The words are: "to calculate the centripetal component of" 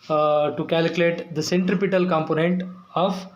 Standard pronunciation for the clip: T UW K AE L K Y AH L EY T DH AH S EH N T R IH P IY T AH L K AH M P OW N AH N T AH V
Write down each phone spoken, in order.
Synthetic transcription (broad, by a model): T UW K AE L K Y AH L EY T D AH S EH N T R IH P IY T AH L K AH M P OW N AH N T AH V